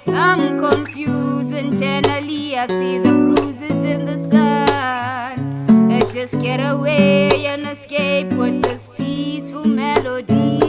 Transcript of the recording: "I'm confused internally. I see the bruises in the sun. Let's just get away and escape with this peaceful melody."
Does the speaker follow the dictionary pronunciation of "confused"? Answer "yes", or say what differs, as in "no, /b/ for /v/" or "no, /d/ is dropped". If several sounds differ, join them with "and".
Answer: no, /d/ is dropped